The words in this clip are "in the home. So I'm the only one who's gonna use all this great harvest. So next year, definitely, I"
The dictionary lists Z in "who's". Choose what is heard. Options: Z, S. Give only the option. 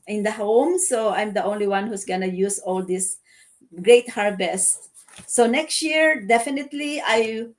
S